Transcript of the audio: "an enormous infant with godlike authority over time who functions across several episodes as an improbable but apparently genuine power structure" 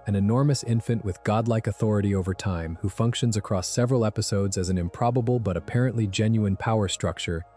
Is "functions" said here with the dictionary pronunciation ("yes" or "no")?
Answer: yes